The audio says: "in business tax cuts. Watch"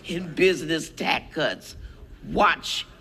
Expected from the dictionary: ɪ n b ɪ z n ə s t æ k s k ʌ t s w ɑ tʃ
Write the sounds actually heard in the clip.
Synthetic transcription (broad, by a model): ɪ n b ɪ z n ə s t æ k k ʌ t s w ɑ tʃ